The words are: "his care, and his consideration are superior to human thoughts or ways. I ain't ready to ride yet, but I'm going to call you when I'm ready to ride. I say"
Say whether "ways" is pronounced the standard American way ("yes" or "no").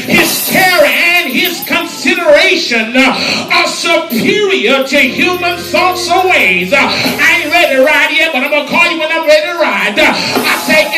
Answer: yes